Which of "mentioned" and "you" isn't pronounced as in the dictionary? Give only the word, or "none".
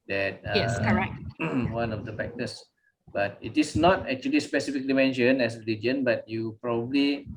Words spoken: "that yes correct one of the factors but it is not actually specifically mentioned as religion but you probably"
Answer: mentioned